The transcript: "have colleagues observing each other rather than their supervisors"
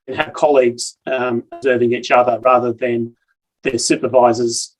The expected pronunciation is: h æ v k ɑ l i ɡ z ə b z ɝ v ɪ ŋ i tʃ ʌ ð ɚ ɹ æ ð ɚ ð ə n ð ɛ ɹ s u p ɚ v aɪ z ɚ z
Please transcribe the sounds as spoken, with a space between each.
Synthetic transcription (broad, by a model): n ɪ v k ɑ l i ɡ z ə b z ɝ v ɪ ŋ i tʃ ʌ ð ɚ ɹ æ ð ɚ ð ə n ð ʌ ɹ s u p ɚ v aɪ z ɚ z